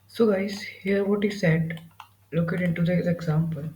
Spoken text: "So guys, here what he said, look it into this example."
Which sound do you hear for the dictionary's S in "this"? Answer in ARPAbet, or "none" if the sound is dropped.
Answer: none